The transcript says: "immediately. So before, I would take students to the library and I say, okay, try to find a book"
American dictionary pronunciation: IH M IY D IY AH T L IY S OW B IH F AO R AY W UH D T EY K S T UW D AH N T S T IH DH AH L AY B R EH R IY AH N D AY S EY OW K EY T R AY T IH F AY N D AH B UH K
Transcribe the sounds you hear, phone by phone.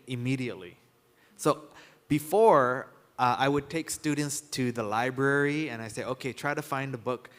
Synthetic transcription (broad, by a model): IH M IY D IY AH T L IY S OW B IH F AO R AY W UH D T EY K S T UW D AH N T S T IH DH AH L AY B R EH R IY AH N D AY S EY OW K EY T R AY T IH F AY N D AH B UH K